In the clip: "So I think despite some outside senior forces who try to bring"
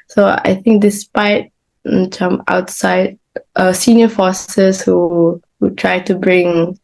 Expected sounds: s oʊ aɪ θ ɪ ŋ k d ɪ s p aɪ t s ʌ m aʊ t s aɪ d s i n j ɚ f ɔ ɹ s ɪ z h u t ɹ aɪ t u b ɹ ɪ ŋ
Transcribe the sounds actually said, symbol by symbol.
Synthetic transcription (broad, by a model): s oʊ aɪ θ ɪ ŋ k d ɪ s p aɪ t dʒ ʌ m aʊ t s aɪ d s i n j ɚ f ɔ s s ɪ h u t ɹ aɪ t u b ɹ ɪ ŋ